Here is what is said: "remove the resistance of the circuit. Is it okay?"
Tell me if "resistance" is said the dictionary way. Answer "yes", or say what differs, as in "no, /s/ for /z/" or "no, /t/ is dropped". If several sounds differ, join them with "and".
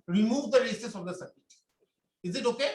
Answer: no, /n/ is dropped